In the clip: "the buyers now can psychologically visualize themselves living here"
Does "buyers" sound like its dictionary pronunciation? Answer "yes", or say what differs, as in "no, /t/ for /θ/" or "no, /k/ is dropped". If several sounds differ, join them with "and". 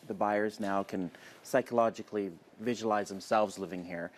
yes